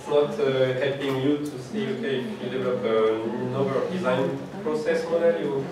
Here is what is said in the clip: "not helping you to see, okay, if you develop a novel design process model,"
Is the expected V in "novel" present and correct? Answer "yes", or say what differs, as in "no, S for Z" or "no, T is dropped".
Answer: no, B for V